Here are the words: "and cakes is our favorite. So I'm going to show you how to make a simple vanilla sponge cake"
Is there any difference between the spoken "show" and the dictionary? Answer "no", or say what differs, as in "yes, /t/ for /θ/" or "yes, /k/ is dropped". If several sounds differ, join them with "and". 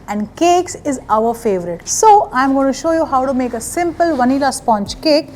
no